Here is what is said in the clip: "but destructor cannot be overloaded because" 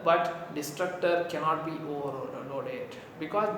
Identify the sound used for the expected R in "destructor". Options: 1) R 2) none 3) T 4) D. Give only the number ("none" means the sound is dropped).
1